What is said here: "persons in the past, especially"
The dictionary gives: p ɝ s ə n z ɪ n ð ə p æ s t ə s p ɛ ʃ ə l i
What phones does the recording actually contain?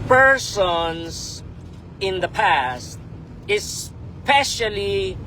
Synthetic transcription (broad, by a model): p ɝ s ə n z ɪ n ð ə p æ s t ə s p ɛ ʃ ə l i